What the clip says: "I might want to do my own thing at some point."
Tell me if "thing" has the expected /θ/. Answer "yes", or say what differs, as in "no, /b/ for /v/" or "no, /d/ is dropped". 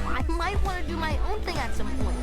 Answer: yes